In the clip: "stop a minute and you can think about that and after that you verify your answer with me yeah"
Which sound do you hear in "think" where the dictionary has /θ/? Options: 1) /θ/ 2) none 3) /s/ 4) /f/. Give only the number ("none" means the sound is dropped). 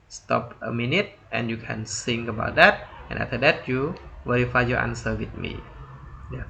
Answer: 3